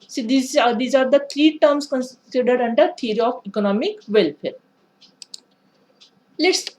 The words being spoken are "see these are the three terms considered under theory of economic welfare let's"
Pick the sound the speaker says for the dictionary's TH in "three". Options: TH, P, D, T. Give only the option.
T